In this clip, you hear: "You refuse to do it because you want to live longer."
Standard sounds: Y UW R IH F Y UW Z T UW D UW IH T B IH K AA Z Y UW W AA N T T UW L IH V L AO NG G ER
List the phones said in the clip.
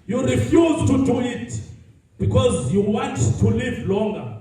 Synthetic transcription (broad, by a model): Y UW R IH F Y UW Z T UW D UW IH T B IH K AA Z Y UW W AA N T T UW L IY V L AO NG G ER